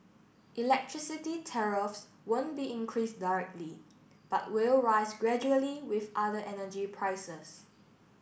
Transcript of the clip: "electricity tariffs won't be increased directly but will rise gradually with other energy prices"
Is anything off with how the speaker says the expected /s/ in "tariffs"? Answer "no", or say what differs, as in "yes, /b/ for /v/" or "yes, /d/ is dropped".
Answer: no